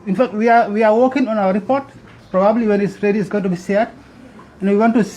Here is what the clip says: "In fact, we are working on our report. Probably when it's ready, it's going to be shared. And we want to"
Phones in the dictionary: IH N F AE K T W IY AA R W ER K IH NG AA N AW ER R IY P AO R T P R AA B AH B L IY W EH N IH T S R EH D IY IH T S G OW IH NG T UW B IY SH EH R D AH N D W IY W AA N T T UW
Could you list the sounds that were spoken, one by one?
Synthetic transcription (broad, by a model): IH N F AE K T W IY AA W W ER K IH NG AA N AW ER R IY P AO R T P R AA B AH B L IY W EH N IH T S R EH D IY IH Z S G OW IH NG T UW B IY S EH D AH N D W IY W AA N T T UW